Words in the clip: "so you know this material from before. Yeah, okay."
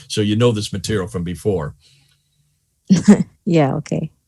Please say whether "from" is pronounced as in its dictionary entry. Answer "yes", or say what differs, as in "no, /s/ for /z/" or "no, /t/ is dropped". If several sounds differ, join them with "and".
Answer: yes